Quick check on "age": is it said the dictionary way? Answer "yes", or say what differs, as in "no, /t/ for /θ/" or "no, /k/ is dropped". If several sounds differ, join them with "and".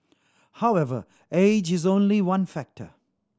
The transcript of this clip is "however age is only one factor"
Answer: yes